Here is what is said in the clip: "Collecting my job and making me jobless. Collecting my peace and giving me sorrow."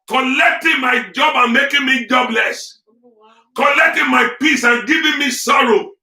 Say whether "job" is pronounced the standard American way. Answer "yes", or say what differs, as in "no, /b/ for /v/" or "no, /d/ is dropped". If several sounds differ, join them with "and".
yes